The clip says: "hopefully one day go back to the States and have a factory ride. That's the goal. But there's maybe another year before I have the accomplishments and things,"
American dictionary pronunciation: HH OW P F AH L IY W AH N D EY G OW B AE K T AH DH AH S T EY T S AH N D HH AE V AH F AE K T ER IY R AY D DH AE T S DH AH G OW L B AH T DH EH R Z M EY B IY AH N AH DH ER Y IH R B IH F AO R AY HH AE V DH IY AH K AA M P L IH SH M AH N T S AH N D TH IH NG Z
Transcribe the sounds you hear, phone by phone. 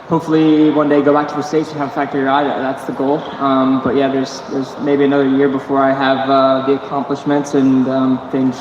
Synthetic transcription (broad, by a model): HH OW P F L IY W AH N D EY G OW B AE K T AH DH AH S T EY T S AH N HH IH V AH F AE K T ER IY R AY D DH AE T S DH AH G OW L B AH T DH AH R Z M EY B IY AH N AH DH ER Y IH R B IH F AO R AY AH V DH IY AH K AA M P L IH SH M AH N T S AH N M TH IH NG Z